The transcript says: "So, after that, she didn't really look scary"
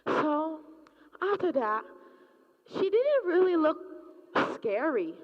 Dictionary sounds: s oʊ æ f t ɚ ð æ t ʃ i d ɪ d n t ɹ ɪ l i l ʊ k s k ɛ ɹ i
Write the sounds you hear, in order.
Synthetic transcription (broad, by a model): s oʊ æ t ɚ ð æ t ʃ i d ɪ d n t ɹ ɪ l i l ʊ k s k ɛ ɹ i